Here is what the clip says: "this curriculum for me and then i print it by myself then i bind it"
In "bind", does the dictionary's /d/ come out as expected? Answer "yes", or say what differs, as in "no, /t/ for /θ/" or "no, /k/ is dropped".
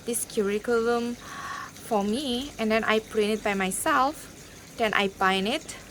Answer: no, /d/ is dropped